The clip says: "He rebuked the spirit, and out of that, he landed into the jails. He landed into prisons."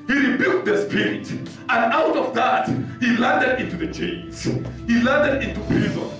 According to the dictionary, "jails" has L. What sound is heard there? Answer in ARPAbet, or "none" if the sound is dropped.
N